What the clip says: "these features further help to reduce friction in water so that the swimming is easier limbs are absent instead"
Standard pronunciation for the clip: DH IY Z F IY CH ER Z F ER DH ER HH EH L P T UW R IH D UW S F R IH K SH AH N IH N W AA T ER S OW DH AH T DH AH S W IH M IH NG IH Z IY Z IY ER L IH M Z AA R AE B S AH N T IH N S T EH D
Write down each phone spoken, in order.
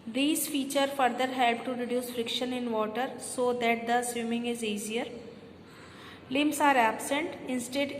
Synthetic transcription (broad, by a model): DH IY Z F IY CH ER F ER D ER HH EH L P T UW R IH D UW S F R IH K SH AH N IH N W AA T ER S OW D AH T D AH S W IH M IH NG IH Z IY Z IY ER L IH M S AA R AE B S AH N T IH N S T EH D